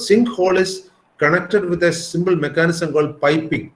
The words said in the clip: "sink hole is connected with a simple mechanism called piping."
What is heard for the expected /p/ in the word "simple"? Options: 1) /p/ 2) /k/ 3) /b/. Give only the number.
3